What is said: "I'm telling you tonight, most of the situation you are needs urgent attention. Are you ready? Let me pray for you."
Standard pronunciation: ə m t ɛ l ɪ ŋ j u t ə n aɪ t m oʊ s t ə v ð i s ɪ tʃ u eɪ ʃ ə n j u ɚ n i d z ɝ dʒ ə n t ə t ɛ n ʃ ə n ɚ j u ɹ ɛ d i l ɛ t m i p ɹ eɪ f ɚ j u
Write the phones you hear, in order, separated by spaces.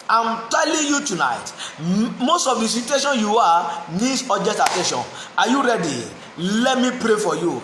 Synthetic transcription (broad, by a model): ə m t ɛ l ɪ ŋ j u t ə n aɪ t m oʊ s t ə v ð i s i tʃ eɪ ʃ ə n j u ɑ n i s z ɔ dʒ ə t ə t ɛ n ʃ ə n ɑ j u ɹ ɛ d i l ɛ t m i p ɹ eɪ f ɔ j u